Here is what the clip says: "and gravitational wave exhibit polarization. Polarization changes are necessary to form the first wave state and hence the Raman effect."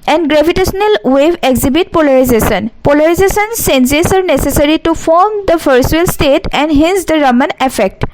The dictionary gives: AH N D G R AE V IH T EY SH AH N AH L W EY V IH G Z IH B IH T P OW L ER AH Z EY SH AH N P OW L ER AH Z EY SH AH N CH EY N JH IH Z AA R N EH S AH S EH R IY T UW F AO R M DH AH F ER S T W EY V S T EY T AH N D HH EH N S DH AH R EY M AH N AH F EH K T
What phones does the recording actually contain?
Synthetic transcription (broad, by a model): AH N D G R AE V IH T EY S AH N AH L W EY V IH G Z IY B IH T P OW L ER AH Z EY S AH N P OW L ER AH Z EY S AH N S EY N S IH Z AA R N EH S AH S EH R IY T UW F AO R M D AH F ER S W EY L S T EY T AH N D HH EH N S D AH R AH M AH N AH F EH K T